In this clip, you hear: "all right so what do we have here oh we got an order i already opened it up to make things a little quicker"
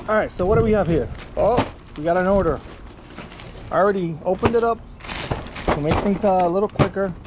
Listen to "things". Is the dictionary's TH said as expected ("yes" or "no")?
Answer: yes